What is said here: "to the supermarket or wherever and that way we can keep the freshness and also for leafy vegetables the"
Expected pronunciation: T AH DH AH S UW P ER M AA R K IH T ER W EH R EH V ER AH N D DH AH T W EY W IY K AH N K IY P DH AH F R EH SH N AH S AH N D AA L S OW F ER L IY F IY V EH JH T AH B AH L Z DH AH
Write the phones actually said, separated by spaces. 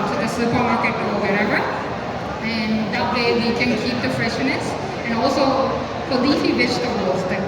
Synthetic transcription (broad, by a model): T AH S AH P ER M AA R K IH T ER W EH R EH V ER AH N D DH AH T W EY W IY K AH N K IY P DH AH F R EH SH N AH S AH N AA L S OW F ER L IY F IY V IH SH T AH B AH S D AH